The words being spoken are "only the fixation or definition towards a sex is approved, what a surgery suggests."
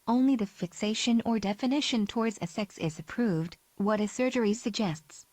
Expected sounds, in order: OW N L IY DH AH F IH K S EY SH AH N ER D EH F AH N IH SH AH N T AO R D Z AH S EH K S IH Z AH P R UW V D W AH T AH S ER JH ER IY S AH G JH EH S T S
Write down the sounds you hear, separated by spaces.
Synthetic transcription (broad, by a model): OW N L IY DH AH F IH K S EY SH AH N ER D EH F AH N IH SH AH N T AO R D Z AH S EH K S IH Z AH P R UW V D W AH T AH S ER JH ER IY S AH G JH EH S T S